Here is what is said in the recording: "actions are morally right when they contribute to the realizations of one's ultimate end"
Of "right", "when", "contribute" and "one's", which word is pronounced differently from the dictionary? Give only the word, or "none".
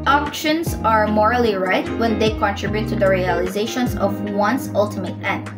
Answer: one's